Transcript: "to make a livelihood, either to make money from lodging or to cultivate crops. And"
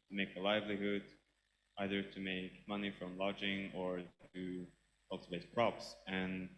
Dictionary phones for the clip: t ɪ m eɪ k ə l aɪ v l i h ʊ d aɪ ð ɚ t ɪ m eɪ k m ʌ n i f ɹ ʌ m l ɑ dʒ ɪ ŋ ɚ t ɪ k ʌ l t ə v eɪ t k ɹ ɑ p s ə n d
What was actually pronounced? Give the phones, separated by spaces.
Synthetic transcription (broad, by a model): t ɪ m eɪ k ə l aɪ v l i h ʊ d aɪ ð ɚ t ɪ m eɪ k m ʌ n i f ɹ ʌ m l ɑ dʒ ɪ ŋ ɚ t ɪ k ʌ l t ə v eɪ t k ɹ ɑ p s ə n